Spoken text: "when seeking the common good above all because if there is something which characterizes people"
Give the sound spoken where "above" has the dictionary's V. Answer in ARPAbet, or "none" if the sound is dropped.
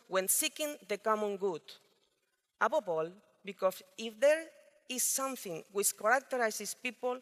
P